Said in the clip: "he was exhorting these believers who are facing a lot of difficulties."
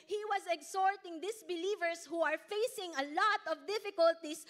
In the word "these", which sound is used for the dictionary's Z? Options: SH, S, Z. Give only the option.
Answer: S